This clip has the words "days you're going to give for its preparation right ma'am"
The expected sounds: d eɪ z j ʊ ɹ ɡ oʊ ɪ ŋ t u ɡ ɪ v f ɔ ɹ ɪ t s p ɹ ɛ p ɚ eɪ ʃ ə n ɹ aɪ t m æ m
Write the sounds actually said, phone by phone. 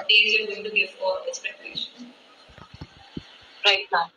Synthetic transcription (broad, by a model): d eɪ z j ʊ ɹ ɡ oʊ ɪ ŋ t u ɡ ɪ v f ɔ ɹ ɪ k s p ɛ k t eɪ ʃ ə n ɹ aɪ t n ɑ